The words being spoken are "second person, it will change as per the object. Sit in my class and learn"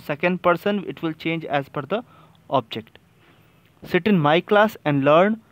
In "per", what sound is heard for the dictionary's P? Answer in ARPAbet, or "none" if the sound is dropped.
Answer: F